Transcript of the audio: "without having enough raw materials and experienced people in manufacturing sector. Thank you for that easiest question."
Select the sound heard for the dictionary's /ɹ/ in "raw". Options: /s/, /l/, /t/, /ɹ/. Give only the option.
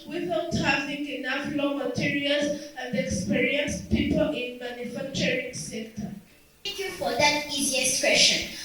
/l/